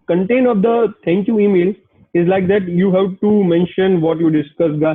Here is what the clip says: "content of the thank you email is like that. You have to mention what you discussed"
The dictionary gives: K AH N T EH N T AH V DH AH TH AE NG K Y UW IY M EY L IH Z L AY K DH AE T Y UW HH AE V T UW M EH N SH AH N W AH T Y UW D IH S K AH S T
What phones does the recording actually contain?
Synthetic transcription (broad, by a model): K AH N T EH N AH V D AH T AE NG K Y UW IY M EY L IH Z L AY K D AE T Y UW HH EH P T UW M EH N SH AH N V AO T Y UW D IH S K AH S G